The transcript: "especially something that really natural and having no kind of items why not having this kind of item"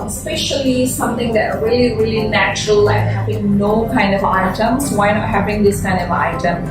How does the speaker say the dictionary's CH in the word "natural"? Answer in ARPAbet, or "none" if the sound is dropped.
CH